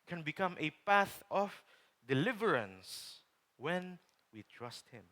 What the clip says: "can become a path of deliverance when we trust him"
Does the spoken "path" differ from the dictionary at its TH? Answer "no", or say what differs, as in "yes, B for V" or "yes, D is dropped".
no